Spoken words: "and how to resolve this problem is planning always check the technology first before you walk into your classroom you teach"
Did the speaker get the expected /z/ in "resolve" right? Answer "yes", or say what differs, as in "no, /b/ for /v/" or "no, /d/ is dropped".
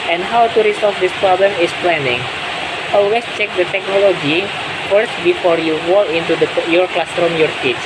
no, /s/ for /z/